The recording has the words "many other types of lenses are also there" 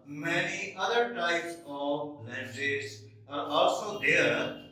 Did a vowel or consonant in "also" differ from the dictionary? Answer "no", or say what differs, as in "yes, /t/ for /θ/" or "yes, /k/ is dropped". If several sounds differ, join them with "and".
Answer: no